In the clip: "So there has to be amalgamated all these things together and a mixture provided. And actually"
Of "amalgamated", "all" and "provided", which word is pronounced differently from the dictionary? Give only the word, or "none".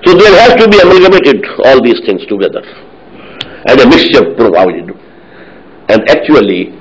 amalgamated